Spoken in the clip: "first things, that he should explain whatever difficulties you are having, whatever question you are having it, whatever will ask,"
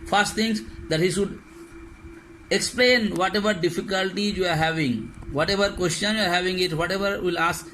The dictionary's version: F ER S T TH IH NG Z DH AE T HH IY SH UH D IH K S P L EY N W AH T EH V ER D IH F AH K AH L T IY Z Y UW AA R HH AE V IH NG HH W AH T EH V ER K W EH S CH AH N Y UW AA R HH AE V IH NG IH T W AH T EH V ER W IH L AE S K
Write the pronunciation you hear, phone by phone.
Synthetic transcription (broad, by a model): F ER S T T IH NG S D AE T HH IY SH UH D IH K S P L EY N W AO T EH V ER D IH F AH K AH L T IY Y UW AA R HH AE V IH NG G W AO T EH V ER K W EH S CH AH N Y UW AA R HH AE V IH NG IH T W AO T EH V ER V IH L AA S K